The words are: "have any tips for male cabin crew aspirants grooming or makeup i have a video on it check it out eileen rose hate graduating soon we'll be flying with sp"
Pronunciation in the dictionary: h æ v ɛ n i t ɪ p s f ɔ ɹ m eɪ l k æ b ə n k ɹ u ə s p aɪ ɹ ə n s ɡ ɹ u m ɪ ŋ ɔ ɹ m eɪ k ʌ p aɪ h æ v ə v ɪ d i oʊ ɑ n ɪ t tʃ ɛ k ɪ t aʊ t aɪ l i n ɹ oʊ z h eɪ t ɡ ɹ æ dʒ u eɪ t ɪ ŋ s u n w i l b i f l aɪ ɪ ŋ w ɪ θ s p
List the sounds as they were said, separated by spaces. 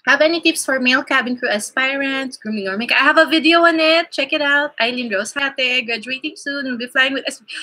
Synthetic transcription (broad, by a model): h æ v ɛ n i t ɪ p s f ɔ ɹ m eɪ l k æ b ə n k ɹ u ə s p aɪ ɹ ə n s ɡ ɹ u m ɪ ŋ ɔ ɹ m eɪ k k aɪ h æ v ə v ɪ d i oʊ ɑ n ɪ t tʃ ɛ k ɪ t aʊ t aɪ l i n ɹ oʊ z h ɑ t ɡ ɹ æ dʒ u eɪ t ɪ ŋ s u n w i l b i f l aɪ ɪ ŋ w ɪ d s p